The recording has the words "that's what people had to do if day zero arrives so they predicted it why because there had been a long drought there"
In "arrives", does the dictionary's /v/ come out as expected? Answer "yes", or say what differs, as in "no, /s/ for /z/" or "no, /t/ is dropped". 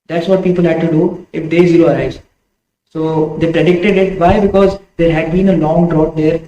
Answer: no, /v/ is dropped